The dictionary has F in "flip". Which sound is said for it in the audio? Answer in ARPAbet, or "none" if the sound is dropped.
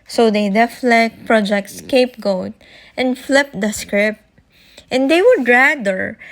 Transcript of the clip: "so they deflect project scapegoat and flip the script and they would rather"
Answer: F